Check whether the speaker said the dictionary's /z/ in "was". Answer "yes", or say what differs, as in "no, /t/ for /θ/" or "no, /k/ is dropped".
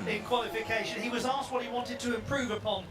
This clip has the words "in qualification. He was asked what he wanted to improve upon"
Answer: yes